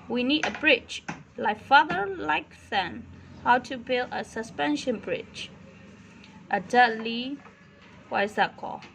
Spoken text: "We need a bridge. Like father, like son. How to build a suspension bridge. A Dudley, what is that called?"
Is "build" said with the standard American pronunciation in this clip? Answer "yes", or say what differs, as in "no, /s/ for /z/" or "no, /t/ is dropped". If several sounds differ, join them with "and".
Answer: yes